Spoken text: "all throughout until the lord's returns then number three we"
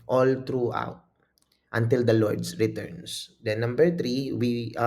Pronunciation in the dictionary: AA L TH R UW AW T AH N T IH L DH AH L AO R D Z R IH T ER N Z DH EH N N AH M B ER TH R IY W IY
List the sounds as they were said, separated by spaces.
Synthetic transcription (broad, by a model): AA L T R UW AW T AH N T IH L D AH L AO R D S R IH T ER N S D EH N N AH M B ER T R IY W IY